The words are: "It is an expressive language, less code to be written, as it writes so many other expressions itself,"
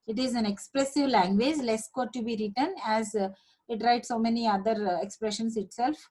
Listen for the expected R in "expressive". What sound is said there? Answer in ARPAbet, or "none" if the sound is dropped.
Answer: L